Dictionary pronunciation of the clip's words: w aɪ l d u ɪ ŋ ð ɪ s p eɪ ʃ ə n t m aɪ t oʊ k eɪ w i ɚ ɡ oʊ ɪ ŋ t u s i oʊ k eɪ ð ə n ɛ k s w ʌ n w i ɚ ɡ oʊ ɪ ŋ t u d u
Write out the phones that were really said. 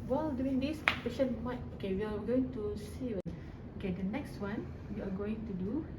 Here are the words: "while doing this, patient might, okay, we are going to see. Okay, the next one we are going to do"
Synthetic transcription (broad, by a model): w aɪ l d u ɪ ŋ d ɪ s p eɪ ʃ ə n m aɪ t oʊ k eɪ w i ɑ ɡ oʊ ɪ ŋ t u s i oʊ k eɪ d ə n ɛ k s w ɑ n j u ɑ ɡ oʊ ɪ ŋ t u d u